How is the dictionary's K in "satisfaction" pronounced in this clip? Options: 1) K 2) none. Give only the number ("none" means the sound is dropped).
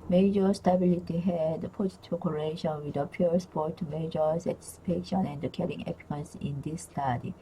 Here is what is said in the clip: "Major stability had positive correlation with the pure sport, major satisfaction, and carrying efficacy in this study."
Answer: 2